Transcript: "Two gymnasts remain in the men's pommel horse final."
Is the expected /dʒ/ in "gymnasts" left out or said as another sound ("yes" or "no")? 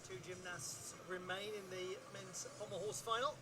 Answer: no